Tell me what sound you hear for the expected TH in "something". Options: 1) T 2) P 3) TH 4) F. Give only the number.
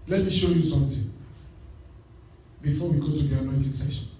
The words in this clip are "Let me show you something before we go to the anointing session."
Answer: 1